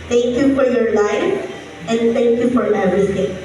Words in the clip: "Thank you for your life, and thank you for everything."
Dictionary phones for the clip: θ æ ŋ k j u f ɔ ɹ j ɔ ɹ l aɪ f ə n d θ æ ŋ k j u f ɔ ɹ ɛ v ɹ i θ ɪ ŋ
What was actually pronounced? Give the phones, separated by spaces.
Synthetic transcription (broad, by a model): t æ ŋ k j u f ɔ ɹ j ɔ ɹ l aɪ ə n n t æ ŋ k j u f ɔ ɹ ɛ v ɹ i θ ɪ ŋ